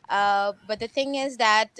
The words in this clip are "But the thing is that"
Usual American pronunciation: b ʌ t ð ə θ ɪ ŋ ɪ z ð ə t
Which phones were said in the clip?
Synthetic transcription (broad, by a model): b ʌ t ð ə θ ɪ ŋ ɪ z ð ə t